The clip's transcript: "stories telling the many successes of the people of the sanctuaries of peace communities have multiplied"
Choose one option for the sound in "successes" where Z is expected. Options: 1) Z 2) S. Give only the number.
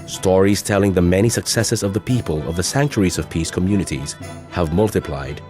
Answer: 1